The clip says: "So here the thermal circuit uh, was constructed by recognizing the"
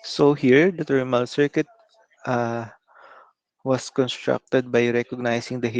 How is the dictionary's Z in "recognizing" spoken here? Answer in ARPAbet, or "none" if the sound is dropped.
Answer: S